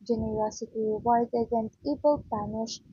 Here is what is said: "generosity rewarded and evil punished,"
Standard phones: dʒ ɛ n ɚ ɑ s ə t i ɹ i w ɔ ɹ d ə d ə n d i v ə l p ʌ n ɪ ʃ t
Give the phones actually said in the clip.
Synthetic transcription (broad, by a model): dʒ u n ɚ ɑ s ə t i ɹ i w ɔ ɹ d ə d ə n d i b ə l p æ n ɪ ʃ